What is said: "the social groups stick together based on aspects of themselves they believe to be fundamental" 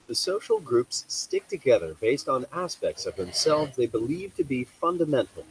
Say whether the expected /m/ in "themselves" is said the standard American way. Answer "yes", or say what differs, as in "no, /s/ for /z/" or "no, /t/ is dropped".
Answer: yes